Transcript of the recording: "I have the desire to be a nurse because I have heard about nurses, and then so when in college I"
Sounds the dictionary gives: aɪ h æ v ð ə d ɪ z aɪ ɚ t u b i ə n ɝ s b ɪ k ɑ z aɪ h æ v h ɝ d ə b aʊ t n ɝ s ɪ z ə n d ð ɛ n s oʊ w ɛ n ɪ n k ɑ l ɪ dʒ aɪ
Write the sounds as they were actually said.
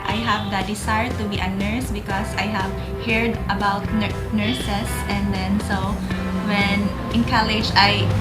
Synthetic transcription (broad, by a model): aɪ h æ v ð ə d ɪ s aɪ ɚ t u b i ə n ɝ s b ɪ k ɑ s aɪ h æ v h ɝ d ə b aʊ t n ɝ s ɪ s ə n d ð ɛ n s oʊ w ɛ n ɪ n k ɑ l ɪ dʒ aɪ